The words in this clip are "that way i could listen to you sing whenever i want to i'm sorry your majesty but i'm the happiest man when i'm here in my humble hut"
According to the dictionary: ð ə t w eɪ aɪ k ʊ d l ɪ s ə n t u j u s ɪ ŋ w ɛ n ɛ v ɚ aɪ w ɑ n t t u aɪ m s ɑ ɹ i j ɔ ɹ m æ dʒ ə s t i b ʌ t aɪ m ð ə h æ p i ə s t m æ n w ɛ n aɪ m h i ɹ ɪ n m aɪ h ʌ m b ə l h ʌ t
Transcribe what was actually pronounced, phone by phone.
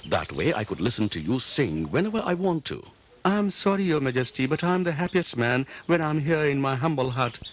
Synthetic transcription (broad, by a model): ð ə t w eɪ aɪ k ʊ d l ɪ s ə n t u j u s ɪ ŋ w ɛ n ɛ v ɚ aɪ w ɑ n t t u aɪ m s ɑ ɹ i j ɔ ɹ m æ dʒ ə s t i b ʌ t aɪ m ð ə h æ p i ə s t m æ n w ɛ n aɪ m h i ɹ ɪ n m aɪ h ʌ m b ə l h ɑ t